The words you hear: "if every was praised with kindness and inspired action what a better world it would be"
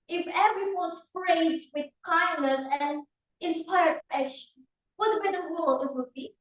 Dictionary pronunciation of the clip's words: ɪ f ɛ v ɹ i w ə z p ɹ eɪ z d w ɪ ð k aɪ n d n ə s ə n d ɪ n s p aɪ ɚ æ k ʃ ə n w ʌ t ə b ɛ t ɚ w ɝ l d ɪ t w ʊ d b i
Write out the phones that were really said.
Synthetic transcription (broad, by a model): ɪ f ɛ v ɹ i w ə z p ɹ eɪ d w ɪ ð k aɪ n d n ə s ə n ɪ n s p aɪ ɚ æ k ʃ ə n w ʌ t ə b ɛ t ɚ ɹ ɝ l ɪ t w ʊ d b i